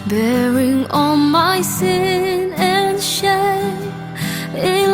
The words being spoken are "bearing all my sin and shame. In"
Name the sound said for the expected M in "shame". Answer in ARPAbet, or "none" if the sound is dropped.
none